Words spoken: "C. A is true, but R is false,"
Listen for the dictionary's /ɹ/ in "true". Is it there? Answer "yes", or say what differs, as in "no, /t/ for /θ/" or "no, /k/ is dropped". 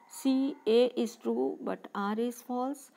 yes